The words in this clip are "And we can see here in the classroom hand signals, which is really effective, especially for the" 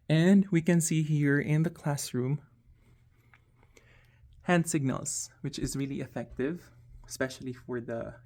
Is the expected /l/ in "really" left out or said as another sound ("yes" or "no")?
no